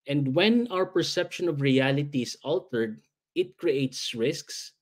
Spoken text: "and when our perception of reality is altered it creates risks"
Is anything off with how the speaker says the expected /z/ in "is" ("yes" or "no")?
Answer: yes